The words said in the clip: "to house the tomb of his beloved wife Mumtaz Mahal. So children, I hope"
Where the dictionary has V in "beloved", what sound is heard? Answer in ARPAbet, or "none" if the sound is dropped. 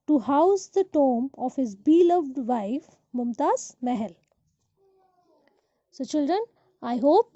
V